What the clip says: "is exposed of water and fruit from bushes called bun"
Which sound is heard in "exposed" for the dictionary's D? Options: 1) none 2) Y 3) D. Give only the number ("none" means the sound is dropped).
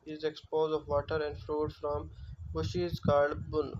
1